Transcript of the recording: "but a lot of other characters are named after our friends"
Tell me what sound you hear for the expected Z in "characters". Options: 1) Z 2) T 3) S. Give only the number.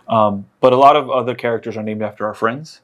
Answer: 1